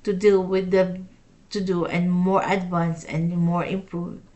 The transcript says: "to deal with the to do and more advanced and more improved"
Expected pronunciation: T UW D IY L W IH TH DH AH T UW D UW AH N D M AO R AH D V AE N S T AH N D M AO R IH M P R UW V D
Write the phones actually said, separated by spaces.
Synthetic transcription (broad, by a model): T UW D IY L W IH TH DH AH T UW D UW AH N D M AO R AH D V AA N S AH N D M AO R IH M P R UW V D